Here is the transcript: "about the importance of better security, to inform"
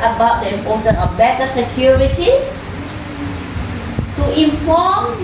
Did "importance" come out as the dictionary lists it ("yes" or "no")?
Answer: no